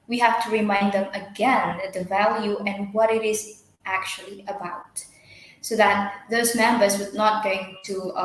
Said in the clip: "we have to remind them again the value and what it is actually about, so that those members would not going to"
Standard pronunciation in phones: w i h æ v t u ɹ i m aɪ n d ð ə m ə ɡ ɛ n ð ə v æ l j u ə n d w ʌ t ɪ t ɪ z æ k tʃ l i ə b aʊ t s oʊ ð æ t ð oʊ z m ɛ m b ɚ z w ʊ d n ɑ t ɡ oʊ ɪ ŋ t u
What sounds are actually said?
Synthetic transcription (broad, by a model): w i h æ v t u ɹ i m aɪ n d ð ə m ə ɡ ɛ n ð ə v æ l j u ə n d w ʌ t ɪ t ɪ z æ k tʃ l i ə b aʊ t s oʊ ð æ t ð oʊ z m ɛ m b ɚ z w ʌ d n ɑ t ɡ oʊ ɪ ŋ t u